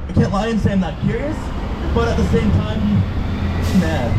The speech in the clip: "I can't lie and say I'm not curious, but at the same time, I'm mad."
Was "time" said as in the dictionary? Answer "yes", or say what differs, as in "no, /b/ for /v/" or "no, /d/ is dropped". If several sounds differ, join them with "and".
no, /m/ is dropped